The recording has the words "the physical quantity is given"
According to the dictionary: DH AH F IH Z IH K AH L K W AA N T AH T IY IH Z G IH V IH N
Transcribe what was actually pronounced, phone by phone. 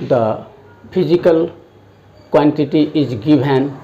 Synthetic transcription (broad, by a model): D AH P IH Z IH K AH L K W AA N T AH T IY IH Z G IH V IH N